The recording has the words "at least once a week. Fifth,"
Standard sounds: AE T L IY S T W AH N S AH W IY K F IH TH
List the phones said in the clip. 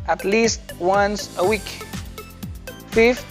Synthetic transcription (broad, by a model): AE T L IY S T W AH N S AH W IY K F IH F